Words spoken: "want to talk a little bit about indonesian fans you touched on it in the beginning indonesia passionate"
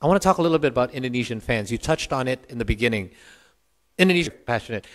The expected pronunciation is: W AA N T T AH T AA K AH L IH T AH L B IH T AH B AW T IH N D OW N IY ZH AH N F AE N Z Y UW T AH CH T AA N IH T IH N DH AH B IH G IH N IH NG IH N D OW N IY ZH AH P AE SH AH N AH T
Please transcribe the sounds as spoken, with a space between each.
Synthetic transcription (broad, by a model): W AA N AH T AA K AH L IH T L B IH T AH B AW T IH N D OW N IY ZH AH N F AE N Z Y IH T AH CH T N IH T IH N DH AH B IH G IH N IH NG IH N D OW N IY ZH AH P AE SH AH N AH T